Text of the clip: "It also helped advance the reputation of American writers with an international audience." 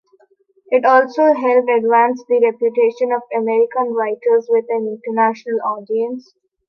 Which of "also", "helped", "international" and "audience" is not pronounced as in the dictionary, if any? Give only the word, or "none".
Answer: helped